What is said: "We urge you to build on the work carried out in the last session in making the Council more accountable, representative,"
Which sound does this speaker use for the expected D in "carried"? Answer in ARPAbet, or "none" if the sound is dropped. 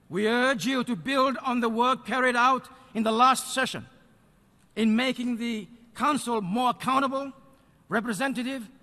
D